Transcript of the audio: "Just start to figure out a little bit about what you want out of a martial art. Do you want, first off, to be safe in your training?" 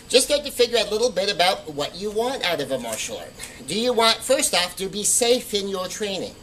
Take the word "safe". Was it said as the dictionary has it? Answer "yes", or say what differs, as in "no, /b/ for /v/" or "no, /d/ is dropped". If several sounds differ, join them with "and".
yes